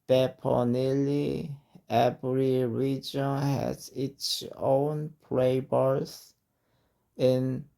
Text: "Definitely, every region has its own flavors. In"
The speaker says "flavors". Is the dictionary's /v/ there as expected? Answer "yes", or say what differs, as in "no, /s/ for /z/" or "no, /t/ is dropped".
no, /b/ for /v/